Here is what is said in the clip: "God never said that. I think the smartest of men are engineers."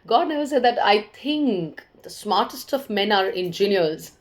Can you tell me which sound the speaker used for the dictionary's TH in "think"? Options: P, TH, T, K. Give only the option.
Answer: T